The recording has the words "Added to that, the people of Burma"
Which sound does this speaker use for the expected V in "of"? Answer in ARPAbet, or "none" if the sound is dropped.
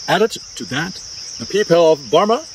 V